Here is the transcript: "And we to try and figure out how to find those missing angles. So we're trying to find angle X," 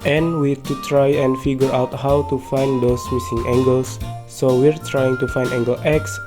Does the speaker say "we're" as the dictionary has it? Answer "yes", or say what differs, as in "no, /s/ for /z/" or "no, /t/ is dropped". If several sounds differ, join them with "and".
yes